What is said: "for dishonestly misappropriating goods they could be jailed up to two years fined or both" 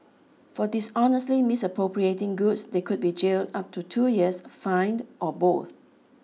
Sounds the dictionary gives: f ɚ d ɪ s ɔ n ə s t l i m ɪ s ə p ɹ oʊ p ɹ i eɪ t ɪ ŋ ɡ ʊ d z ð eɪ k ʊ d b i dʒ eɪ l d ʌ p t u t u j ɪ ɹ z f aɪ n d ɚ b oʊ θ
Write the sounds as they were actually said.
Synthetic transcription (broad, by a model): f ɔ d ɪ s ɔ n ə s t l i m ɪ s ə p ɹ oʊ p ɹ i eɪ t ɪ ŋ ɡ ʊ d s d eɪ k ʊ d b i dʒ eɪ l d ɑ p t u t u j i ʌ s f aɪ n d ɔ b oʊ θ